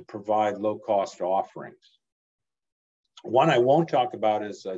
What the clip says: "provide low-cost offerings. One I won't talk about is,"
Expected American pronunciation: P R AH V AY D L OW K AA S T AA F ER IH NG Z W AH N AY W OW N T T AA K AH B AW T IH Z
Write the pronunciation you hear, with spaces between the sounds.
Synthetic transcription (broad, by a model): P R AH V AY D L OW K AA S T AA F ER IH NG Z W AH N AY W OW N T T AA K AH B AW T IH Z